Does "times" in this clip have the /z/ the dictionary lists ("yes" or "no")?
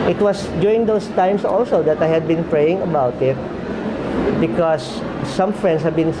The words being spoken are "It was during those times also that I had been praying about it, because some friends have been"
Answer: no